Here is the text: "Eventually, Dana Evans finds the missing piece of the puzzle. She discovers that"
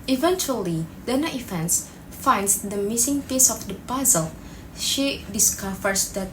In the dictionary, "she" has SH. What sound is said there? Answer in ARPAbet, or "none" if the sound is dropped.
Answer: SH